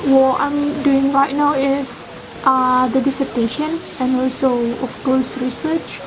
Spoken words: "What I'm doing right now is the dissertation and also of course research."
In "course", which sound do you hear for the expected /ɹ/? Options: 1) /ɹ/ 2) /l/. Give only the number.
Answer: 2